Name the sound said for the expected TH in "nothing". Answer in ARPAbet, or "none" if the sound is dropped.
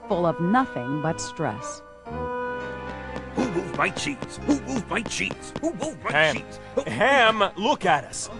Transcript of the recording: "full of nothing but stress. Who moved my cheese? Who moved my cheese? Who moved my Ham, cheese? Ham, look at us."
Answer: TH